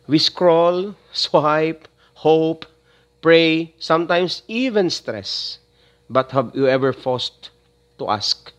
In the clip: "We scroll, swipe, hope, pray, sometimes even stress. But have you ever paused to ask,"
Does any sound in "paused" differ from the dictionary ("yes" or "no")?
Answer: yes